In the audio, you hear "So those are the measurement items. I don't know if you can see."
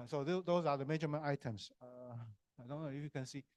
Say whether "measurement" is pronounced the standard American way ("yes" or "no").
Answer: no